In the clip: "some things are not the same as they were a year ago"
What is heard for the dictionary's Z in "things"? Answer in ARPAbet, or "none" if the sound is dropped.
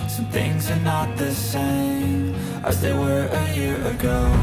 Z